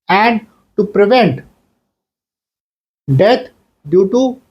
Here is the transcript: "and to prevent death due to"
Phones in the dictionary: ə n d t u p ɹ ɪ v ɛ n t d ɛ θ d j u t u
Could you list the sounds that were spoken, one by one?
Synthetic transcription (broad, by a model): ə n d t u p ɹ ɪ v ɛ n t d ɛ t d j u t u